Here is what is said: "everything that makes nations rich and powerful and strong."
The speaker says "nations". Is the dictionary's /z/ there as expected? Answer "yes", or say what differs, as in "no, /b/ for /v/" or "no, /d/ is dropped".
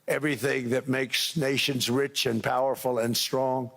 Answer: yes